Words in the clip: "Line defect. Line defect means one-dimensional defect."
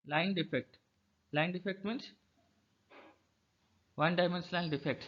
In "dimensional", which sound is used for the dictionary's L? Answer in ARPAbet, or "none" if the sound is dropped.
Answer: N